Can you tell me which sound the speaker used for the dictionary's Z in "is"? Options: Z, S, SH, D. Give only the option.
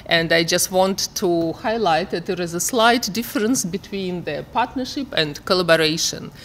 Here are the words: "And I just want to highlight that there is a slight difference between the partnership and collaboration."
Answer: Z